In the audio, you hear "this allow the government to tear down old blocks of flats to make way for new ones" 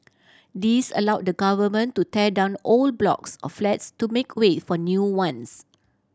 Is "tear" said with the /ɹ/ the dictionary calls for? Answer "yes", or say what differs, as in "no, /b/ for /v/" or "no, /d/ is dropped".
no, /l/ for /ɹ/